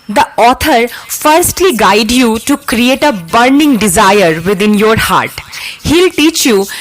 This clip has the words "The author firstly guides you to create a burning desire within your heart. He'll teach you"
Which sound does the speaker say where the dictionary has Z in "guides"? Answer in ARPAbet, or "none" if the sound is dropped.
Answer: none